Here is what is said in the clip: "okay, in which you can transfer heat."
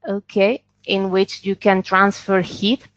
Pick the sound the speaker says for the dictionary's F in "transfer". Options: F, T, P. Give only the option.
F